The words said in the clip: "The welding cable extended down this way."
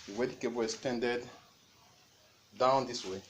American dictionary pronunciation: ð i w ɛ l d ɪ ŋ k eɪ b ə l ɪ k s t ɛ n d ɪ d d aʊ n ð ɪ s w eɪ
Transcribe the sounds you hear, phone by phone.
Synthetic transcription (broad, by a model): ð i w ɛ d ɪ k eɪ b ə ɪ s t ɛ n d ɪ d d aʊ n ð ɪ s w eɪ